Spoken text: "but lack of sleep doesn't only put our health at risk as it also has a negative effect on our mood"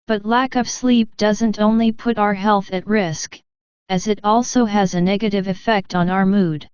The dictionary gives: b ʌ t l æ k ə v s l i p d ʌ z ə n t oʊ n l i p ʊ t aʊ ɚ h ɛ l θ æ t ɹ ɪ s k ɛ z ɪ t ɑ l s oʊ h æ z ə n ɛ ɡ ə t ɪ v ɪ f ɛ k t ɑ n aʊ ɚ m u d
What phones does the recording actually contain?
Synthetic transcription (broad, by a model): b ʌ t l æ k ə v s l i p d ʌ z ə n t oʊ n l i p ʊ t aʊ ɚ h ɛ l θ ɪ t ɹ ɪ s k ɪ z ɪ t ɑ l s oʊ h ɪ z ə n ɛ ɡ ə t ɪ v ɪ f ɛ k t n aʊ ɚ m u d